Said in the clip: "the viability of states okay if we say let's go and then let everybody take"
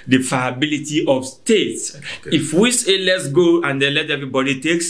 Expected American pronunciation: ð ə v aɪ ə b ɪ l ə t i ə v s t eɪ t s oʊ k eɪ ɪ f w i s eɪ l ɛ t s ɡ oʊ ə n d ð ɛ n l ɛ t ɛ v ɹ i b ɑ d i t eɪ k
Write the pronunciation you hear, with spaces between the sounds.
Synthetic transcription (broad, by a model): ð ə f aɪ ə b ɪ l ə t i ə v s t eɪ t s ɪ f w i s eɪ l ɛ t s ɡ oʊ ə n d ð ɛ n l ɛ t ɛ v ɹ i b ɑ d i t eɪ k